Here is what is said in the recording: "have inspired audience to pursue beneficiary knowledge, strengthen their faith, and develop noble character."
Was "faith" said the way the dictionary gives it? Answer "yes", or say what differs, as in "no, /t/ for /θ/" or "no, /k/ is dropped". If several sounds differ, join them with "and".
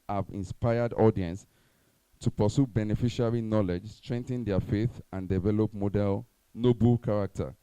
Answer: yes